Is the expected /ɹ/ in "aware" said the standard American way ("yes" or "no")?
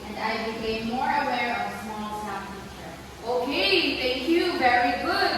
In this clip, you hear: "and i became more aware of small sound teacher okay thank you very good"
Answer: yes